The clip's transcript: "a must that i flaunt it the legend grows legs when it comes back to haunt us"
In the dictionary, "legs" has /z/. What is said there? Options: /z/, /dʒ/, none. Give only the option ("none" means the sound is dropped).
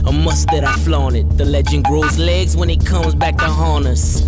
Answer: /z/